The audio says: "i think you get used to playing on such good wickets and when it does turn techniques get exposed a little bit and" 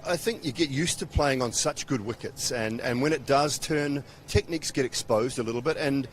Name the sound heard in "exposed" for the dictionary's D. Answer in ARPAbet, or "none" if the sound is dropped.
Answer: D